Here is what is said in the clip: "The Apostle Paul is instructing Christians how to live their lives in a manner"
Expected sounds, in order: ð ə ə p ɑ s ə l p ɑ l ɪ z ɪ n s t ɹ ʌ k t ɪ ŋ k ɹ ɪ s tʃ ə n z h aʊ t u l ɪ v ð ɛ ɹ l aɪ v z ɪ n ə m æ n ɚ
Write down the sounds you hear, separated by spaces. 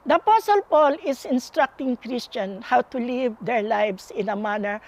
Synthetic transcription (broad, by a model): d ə ə p ɑ s ə l p ɑ l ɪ s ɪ n s t ɹ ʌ k t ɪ ŋ k ɹ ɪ s tʃ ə n h aʊ t u l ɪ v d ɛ ɹ l aɪ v s ɪ n ə m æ n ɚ